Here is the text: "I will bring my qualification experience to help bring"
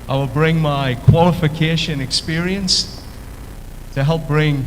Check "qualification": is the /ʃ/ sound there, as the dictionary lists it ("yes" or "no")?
yes